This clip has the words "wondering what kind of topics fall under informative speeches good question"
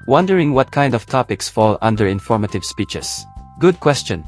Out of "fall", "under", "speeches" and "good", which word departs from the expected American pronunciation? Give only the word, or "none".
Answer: speeches